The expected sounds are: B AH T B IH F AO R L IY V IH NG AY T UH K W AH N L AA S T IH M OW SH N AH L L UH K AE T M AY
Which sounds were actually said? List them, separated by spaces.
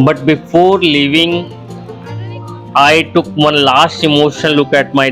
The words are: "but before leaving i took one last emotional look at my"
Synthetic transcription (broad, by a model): B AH T B IH F AO R L IY V IH NG AY T UH K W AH N L AA S T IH M OW SH AH N L UH K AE T M AY